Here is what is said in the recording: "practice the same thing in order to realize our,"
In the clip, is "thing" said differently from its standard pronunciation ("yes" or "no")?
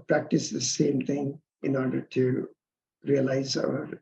yes